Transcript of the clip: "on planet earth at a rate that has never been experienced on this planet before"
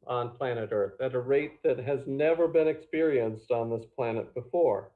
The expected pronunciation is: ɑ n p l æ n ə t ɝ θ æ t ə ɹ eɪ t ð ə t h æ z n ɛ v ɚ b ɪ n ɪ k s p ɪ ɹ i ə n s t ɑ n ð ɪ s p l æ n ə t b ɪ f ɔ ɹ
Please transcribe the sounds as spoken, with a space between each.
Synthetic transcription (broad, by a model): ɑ n p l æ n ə t ɝ θ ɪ t ə ɹ eɪ t ð ə t h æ z n ɛ v ɚ b ɪ n ɪ k s p ɪ ɹ i ə n s t n ð ɪ s p l æ n ə t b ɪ f ɔ ɹ